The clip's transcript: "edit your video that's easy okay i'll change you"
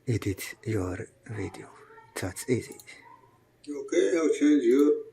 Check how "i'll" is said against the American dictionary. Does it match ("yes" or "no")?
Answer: no